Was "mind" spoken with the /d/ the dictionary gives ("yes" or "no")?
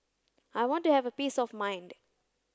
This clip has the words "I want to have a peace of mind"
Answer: yes